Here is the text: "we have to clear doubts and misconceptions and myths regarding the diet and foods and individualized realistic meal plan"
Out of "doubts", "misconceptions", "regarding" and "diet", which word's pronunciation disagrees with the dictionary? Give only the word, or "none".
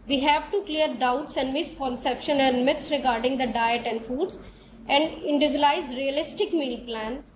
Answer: misconceptions